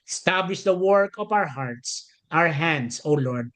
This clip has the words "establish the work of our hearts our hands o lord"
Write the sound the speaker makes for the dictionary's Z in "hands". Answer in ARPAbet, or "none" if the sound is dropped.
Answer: S